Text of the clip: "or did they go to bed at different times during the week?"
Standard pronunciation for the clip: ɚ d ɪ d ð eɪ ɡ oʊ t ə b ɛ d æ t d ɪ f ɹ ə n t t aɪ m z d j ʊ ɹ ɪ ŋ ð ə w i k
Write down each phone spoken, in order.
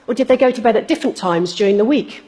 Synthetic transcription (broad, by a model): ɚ d ɪ d ð eɪ ɡ oʊ t ə b ɛ d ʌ t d ɪ f ɹ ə n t t aɪ m z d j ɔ ɹ ɪ ŋ ð ə w i k